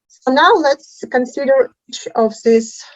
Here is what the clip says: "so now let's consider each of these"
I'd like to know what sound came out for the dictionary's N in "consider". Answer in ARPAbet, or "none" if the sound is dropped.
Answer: N